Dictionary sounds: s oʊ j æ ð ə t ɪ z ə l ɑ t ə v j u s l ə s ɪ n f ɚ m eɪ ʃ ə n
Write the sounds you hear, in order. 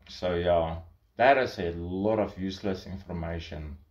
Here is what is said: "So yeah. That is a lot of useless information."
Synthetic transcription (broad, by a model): s oʊ j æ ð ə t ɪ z ə l ɑ t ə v j u s l ə s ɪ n f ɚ m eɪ ʃ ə n